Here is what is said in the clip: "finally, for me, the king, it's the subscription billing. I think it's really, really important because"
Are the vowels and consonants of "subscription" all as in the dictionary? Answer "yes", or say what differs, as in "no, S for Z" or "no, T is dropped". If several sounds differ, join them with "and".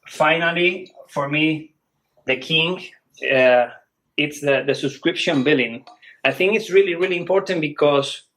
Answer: yes